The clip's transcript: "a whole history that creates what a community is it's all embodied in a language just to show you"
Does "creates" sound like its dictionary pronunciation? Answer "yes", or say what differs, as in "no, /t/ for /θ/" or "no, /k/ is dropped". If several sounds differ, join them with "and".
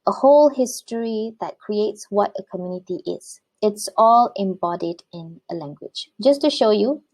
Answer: yes